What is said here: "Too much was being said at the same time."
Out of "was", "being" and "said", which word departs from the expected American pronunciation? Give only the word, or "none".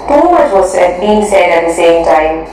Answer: was